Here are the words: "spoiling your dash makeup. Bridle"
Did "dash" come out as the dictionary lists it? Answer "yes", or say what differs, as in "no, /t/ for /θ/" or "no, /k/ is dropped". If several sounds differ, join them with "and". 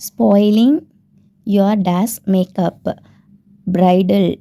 no, /s/ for /ʃ/